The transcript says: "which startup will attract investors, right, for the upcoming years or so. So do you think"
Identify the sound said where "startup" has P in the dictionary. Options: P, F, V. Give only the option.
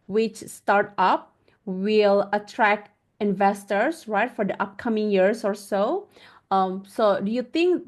P